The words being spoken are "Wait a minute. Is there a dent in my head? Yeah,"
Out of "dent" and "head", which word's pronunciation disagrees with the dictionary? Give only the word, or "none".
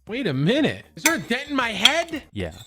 dent